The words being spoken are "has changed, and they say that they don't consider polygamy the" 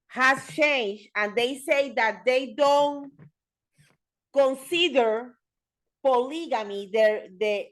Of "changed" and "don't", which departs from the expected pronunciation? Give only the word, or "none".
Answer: none